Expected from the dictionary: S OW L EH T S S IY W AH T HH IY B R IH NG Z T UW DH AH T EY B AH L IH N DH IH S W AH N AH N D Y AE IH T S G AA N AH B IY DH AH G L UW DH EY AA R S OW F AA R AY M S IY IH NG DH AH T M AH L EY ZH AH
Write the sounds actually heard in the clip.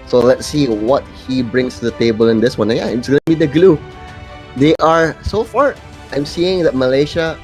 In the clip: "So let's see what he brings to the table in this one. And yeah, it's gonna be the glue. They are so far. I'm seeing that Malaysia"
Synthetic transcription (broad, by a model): S OW L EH T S S IY W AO T HH IY B R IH NG S T UW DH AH T EY B AH L IH N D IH S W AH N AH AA IH T S G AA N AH B IY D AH G L UW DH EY AA R S OW F AA R AY M S IY IH NG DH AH T M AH L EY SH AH